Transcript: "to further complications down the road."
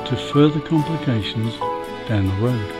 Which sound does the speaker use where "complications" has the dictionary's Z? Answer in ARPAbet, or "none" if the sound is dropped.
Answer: Z